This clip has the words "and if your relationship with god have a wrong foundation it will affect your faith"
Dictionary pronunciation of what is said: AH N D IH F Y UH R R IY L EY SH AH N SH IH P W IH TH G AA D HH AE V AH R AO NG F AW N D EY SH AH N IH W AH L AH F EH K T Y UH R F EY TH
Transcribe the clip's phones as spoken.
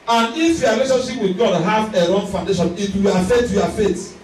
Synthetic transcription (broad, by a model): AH N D IH F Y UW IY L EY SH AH N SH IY P W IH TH G AA D HH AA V AH R AO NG F AW N D EY SH AH N IH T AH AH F EH T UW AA F EY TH